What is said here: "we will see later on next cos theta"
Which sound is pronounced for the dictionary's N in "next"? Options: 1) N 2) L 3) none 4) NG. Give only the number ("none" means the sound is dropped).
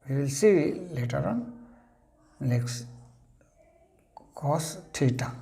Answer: 2